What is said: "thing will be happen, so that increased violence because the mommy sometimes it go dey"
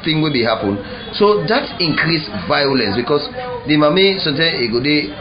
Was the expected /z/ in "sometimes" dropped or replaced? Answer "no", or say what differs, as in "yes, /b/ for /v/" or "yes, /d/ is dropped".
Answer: yes, /z/ is dropped